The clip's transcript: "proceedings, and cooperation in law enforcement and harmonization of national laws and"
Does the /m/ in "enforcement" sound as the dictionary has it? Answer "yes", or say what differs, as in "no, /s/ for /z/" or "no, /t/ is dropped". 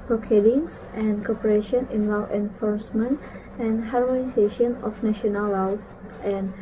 yes